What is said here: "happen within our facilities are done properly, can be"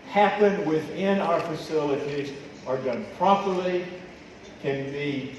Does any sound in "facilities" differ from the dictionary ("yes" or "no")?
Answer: no